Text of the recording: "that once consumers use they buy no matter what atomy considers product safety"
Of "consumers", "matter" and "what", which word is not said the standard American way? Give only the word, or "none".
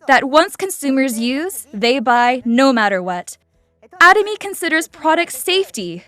none